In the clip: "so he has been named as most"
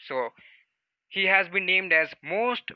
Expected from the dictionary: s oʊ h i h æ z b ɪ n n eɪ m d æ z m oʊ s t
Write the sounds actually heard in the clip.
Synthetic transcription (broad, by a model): s oʊ h i h æ z b ɪ n n eɪ m d æ z m oʊ s t